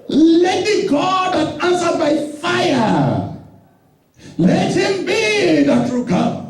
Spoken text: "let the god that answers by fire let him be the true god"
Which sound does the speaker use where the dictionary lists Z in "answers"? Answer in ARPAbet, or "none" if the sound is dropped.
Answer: none